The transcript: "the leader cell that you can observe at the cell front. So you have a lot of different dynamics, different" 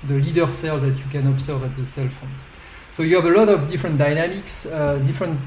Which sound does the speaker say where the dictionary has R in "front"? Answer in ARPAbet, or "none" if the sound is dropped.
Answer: none